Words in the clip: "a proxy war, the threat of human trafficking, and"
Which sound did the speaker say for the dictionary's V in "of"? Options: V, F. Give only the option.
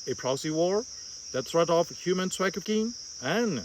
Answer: F